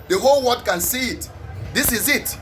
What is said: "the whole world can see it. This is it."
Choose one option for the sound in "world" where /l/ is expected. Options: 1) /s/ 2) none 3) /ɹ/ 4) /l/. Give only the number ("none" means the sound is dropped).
2